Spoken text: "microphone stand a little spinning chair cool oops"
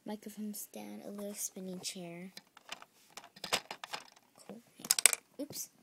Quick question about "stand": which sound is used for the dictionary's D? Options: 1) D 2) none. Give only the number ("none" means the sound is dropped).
2